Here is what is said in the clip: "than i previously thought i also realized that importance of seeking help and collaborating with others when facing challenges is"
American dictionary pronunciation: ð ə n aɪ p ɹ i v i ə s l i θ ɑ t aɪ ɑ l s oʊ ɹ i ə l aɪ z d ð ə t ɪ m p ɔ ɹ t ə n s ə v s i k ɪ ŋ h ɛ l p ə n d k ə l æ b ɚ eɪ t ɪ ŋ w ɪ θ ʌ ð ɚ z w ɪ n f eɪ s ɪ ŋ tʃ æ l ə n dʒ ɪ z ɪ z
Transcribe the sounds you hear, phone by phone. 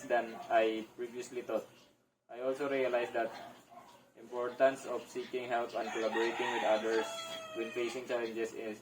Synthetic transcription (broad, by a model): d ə n aɪ p ɹ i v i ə s l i t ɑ t aɪ ɑ l s oʊ ɹ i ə l aɪ s d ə t ɪ m p ɔ ɹ t ə n s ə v s i k ɪ ŋ h ɛ l p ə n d k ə l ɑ b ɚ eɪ t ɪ ŋ w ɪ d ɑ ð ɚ s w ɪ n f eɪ s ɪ ŋ tʃ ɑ l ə n dʒ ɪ s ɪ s